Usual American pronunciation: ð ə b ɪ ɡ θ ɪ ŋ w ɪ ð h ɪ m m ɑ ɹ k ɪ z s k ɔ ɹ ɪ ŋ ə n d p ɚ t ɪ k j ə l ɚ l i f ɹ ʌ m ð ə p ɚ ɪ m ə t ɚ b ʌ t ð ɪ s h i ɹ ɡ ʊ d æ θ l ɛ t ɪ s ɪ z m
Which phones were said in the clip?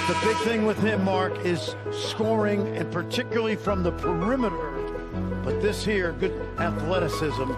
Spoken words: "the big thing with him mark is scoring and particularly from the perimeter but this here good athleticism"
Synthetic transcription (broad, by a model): ð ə b ɪ ɡ θ ɪ ŋ w ɪ ð h ɪ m m ɑ ɹ k ɪ z s k ɔ ɹ ɪ ŋ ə n p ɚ t ɪ k j l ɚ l i f ɹ ʌ m ð ə p ɚ ɪ m ə t ɚ b ʌ t ð ɪ s h i ɹ ɡ ʊ d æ θ l ɛ t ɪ s ɪ z m